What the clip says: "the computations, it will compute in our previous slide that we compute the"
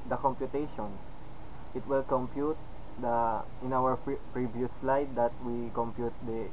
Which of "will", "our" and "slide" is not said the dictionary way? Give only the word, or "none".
none